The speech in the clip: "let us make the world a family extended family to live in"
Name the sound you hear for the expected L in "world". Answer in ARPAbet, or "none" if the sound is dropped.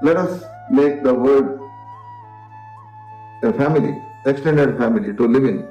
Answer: none